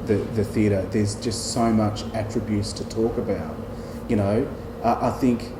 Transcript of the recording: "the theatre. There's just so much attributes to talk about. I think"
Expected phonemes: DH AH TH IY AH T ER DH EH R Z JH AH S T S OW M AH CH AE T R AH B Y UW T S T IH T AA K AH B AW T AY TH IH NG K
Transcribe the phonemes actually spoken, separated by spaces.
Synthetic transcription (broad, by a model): DH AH TH IY AH T ER DH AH R Z JH AH S T S OW M AH CH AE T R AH B Y UW T S T IH T AA K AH B AW T AY TH IH NG K